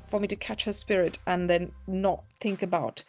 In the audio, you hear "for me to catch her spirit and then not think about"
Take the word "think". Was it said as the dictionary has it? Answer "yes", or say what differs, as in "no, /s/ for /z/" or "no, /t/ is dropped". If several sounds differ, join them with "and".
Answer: yes